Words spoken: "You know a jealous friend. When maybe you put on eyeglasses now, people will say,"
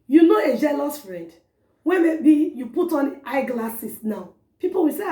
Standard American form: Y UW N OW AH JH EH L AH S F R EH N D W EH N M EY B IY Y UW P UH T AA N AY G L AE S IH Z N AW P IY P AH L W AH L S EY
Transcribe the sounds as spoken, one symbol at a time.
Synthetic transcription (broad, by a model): Y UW N OW AH JH EH L AH S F R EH D W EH M EY B IY Y UW P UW T AA N AY G L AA S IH S N AW P IY P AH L W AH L S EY